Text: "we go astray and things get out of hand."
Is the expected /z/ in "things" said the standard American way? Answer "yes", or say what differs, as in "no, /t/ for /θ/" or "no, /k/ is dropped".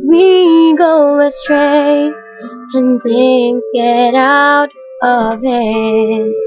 no, /z/ is dropped